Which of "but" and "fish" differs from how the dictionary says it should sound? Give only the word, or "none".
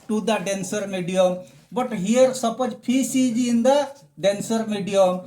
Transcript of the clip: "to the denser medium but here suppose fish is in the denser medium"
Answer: fish